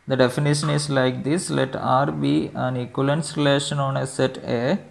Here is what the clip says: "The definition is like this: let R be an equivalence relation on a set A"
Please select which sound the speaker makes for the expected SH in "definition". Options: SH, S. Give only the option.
SH